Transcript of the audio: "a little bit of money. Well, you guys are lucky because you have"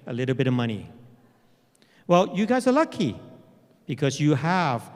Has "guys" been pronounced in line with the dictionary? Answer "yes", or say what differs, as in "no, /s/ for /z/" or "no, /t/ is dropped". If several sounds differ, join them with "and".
yes